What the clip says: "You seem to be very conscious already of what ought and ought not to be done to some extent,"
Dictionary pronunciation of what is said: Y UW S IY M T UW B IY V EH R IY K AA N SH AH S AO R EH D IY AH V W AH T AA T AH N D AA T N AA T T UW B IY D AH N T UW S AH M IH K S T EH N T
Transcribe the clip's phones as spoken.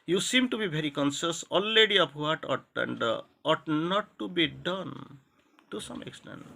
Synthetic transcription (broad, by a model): Y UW S IY M T UW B IY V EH R IY K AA N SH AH S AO L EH D IY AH P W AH T AA T AH N D AA T N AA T T UW B IY D AH N T UW S AH M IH K S T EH N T